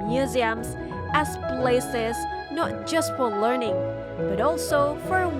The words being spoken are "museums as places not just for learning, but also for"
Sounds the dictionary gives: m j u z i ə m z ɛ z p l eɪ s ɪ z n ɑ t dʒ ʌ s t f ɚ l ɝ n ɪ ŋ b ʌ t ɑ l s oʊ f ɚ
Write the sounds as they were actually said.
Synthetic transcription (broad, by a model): m j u z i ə m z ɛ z p l eɪ s ɪ z n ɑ t dʒ ʌ s t f ɚ l ɝ n ɪ ŋ b ʌ t ɑ l s oʊ f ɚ